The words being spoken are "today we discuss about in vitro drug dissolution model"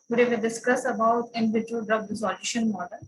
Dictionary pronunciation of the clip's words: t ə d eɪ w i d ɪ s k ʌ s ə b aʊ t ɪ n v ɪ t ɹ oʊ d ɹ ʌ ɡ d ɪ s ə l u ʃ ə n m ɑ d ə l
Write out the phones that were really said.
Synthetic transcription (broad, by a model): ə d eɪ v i d ɪ s k ʌ s ə b aʊ t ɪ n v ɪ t oʊ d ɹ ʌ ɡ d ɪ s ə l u ʃ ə n m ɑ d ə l